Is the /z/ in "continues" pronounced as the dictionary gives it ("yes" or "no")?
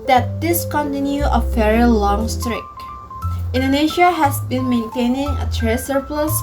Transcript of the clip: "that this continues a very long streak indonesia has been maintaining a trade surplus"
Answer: no